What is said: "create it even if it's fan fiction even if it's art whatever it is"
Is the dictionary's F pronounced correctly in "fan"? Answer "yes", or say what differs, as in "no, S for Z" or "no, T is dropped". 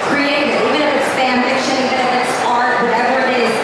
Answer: no, P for F